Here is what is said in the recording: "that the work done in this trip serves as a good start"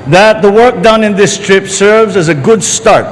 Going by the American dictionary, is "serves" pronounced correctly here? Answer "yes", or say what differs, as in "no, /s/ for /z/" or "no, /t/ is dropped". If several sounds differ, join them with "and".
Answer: yes